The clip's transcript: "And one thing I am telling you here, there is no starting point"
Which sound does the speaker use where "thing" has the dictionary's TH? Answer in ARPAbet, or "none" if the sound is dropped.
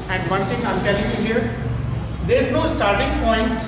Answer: T